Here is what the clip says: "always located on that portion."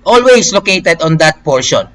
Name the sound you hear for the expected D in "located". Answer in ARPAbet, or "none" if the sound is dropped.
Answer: D